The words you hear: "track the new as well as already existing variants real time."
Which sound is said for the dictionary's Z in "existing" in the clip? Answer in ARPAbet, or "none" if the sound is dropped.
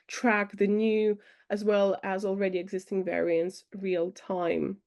Z